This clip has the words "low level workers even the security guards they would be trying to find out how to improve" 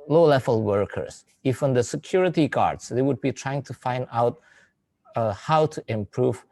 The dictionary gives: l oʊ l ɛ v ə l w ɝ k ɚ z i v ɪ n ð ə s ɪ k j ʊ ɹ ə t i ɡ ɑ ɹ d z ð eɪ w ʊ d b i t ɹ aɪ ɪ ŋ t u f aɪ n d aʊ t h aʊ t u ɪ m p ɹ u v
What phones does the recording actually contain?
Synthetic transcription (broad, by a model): l oʊ l ɛ v ə l w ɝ k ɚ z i f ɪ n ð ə s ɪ k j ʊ ɹ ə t i ɡ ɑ ɹ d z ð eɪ w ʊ d b i t ɹ aɪ ɪ ŋ t u f aɪ n d aʊ t h aʊ t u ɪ m p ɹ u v